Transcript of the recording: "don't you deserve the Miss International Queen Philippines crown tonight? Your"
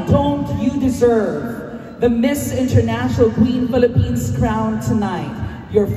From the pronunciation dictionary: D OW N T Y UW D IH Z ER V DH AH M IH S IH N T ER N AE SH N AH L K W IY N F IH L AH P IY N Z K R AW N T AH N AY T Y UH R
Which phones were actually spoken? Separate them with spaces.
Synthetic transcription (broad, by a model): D OW N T Y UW D IH Z ER V DH AH M IH S IH N T ER N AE SH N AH L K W IY N F IH L AH P IY N Z K R AW N T AH N AY T Y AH R